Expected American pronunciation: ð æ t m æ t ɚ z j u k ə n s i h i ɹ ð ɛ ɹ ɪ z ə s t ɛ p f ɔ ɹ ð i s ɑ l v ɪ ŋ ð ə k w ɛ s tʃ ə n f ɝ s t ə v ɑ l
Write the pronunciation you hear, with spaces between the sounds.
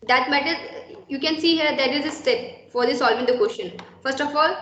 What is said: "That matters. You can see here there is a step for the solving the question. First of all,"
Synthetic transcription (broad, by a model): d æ t m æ t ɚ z j u k ə n s i h i ɹ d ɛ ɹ ɪ z ə s t ɛ p f ɔ ɹ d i s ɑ l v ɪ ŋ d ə k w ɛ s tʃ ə n f ɝ s t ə f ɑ l